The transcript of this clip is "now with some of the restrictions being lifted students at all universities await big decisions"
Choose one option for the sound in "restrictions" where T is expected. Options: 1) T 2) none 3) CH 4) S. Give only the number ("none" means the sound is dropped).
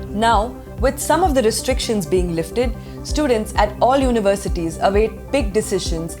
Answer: 1